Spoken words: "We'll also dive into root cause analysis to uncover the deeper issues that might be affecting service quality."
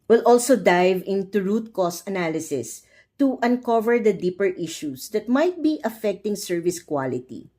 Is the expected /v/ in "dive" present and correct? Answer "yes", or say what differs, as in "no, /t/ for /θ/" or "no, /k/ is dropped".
yes